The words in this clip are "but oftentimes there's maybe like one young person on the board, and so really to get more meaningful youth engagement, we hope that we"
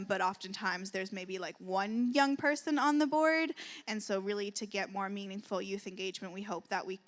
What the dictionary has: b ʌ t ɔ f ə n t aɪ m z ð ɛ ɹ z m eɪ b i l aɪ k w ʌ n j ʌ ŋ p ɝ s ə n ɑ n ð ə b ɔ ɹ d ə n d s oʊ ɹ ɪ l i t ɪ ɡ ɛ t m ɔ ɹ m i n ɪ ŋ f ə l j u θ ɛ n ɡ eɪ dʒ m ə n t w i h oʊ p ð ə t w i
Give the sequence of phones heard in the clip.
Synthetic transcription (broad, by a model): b ʌ t ɔ f ə n t aɪ m z ð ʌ ɹ z m eɪ b i l aɪ k w ʌ n j ʌ ŋ p ɝ s ə n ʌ n ð ə b ɔ ɹ d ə n s oʊ ɹ ɪ l i t ɪ ɡ ɛ t m ɔ ɹ m i n ɪ ŋ f l j u θ ɛ n ɡ eɪ dʒ m ə n t w i h oʊ p ð ə t w i